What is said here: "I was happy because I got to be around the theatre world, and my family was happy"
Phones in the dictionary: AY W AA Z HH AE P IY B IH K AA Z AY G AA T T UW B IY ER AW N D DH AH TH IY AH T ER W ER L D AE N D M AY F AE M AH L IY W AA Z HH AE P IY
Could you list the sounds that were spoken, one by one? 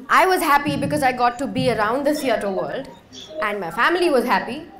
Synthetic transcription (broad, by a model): AY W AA Z HH AE P IY B IH K AA Z AY G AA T T UW B IY ER AW N D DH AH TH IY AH T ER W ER L D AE N D M AY F AE M AH L IY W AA Z HH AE P IY